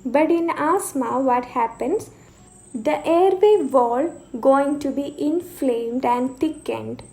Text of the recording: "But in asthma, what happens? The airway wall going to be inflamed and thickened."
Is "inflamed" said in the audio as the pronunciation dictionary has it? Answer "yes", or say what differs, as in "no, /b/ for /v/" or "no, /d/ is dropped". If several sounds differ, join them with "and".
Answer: yes